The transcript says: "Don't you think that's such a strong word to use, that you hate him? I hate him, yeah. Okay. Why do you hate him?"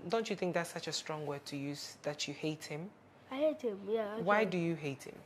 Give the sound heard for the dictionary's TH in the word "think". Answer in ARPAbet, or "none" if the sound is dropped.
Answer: TH